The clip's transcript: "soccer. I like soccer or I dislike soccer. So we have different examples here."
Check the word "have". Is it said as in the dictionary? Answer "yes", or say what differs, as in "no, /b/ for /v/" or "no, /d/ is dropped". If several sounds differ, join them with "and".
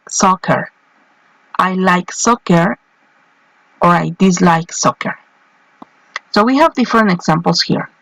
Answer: yes